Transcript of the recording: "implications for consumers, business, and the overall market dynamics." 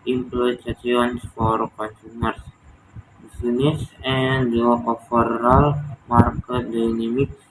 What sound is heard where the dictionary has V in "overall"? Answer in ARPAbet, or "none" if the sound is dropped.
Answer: F